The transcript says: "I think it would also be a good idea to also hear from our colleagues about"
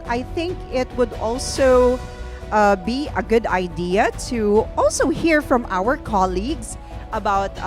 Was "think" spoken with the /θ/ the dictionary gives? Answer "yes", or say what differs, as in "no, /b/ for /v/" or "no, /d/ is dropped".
yes